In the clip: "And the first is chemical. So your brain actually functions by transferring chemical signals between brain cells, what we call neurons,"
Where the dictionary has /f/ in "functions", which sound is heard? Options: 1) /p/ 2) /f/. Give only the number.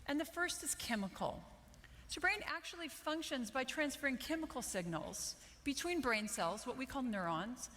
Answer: 2